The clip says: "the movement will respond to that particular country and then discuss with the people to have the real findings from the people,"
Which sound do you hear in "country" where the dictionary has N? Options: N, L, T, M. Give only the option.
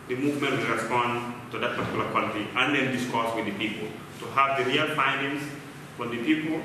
L